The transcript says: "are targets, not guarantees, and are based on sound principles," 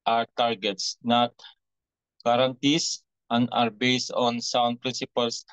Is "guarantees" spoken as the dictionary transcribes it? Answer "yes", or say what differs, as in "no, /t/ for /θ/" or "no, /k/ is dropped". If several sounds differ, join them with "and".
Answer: no, /s/ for /z/